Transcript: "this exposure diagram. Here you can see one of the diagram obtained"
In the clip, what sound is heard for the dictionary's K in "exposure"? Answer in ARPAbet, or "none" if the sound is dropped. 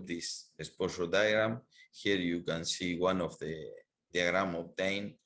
none